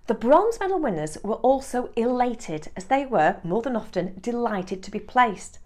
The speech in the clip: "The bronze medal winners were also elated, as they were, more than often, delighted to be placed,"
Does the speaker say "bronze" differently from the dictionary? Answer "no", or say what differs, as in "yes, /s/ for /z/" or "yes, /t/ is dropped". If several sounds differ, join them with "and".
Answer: no